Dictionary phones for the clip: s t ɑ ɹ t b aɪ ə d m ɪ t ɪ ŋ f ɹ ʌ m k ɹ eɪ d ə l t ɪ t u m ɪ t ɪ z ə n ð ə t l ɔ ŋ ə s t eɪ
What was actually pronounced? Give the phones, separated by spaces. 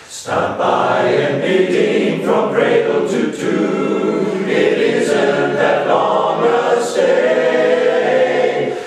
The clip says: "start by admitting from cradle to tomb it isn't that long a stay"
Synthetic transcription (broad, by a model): s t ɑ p b aɪ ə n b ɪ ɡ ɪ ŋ f ɹ ʌ m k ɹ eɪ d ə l t ɪ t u ɪ t ɪ z ə n ð ə t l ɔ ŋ ə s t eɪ